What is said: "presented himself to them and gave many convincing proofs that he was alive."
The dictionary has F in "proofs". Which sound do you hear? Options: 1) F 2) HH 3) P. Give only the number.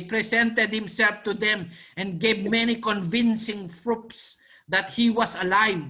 3